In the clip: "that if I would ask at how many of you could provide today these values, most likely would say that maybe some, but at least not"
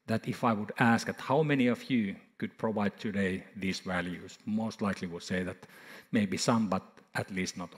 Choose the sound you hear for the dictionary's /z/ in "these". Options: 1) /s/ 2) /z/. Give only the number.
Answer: 1